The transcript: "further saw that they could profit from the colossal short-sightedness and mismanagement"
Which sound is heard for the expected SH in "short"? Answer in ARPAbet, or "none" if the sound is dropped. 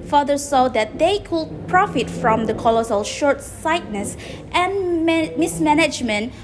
SH